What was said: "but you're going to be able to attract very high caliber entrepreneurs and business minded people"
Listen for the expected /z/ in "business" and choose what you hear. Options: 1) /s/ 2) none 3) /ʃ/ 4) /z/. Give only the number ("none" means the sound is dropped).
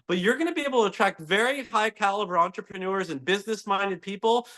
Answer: 4